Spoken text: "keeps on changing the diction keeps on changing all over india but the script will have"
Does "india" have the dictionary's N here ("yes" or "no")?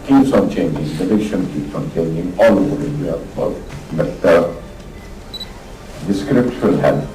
no